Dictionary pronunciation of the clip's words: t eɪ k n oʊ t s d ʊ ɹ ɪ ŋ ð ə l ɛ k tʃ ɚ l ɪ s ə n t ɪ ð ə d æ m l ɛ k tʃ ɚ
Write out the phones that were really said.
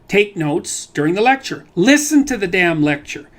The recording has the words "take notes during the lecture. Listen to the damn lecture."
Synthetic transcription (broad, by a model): t eɪ k n oʊ t s d ʊ ɹ ɪ ŋ ð ə l ɛ k tʃ ɚ l ɪ s ə n t ɪ ð ə d æ m l ɛ k tʃ ɚ